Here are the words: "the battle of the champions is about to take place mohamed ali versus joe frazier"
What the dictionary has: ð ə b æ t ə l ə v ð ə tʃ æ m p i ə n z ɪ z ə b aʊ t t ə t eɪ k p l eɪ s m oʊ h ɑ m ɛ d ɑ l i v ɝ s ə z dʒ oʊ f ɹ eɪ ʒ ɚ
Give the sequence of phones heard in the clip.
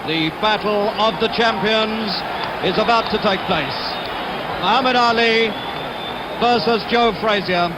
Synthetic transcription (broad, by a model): ð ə b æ t l ə v ð ə tʃ æ m p i ə n z ɪ z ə b aʊ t t ə t eɪ k p l eɪ s m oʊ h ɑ m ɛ d ɑ l i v ɝ s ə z dʒ oʊ f ɹ eɪ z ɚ